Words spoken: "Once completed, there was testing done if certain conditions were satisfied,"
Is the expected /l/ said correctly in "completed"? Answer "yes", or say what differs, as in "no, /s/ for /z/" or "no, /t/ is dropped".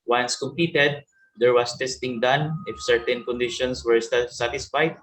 no, /l/ is dropped